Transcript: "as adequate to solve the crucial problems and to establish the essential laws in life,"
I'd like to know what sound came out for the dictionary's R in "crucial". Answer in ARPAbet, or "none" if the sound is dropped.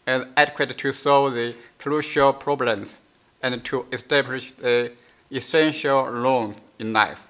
L